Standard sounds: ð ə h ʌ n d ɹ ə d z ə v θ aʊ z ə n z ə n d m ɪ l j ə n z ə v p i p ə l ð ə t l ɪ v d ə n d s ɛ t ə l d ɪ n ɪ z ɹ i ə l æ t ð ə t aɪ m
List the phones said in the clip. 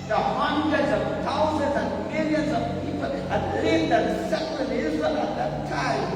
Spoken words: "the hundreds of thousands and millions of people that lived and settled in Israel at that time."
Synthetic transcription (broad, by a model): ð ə h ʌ n d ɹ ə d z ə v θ aʊ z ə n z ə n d m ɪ l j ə n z ə v p i p ə l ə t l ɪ d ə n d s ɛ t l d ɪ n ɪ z i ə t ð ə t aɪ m